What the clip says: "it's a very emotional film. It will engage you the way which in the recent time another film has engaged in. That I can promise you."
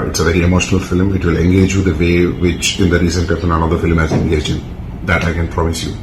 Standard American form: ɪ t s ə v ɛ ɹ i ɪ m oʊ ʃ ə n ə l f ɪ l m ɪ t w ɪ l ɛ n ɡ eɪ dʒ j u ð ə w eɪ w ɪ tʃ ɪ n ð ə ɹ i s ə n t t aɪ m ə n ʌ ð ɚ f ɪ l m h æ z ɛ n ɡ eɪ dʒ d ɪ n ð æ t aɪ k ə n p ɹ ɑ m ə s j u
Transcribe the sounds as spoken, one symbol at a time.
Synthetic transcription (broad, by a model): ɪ t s ə v ɛ ɹ i ɪ m oʊ ʃ ə n ə l f ɪ l m ɪ t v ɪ l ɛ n ɡ eɪ dʒ j u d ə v eɪ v ɪ tʃ ɪ n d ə ɹ i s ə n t s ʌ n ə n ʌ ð ɚ f ɪ l m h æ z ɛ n ɡ eɪ dʒ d ɪ n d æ t aɪ k ə n p ɹ ɑ m ə s j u